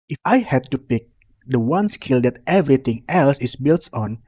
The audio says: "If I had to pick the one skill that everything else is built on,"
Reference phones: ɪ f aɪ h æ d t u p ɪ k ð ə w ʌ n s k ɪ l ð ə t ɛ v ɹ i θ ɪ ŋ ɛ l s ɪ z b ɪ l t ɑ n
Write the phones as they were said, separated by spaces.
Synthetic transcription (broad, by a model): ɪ f aɪ h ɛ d t u p ɪ k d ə w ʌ n s k ɪ l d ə t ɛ v ɹ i t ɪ ŋ ɛ l s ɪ s b ɪ l t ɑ n